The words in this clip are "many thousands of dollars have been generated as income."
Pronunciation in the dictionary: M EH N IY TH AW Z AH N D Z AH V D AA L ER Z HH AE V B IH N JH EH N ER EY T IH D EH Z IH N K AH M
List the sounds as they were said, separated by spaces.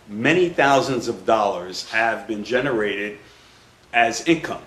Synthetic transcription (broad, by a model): M EH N IY TH AW Z AH N D Z AH V D AA L ER Z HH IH V B IH N JH EH N ER EY T IH D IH Z IH N K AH M